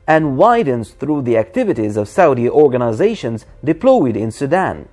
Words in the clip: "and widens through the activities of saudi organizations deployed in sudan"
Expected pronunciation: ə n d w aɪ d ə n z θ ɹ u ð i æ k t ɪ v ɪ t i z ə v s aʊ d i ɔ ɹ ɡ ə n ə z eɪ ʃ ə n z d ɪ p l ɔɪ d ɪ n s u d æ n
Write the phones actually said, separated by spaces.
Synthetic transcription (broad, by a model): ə n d w aɪ d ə n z θ ɹ u ð i æ k t ɪ v ɪ t i z ə v s aʊ d i ɔ ɹ ɡ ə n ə z eɪ ʃ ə n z d ɪ p l ɔɪ d ɪ n s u d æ n